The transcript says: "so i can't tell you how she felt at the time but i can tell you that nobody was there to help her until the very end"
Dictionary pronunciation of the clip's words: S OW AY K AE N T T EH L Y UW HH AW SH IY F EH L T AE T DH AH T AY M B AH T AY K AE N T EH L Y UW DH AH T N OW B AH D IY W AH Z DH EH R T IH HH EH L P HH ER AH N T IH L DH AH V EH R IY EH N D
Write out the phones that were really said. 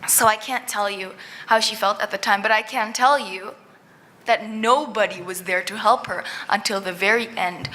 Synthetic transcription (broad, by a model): S OW AY K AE N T T EH L Y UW HH AW SH IY F EH L T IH T DH AH T AY M B AH T AY K AE N T EH L Y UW DH AH T N OW B AH D IY W AH Z DH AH R T IH HH EH L P HH ER AH N T IH L DH AH V EH R IY EH N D